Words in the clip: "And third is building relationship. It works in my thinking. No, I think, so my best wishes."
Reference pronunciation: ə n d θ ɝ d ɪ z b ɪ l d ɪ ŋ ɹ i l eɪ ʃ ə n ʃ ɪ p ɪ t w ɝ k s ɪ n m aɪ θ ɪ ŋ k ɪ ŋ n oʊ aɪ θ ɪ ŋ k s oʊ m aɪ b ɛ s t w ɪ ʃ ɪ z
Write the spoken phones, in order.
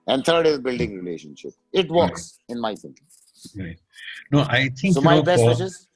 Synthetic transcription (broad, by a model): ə n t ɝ d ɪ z b ɪ l d ɪ ŋ ɹ i l eɪ ʃ ə n ʃ ɪ p ɪ t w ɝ k s ɪ n m aɪ s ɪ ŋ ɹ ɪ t n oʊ aɪ t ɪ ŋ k s oʊ m aɪ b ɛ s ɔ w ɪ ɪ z